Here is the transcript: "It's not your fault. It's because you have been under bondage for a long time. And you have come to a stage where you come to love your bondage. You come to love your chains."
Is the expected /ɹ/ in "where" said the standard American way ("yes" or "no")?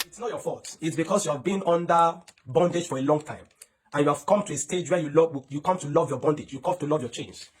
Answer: no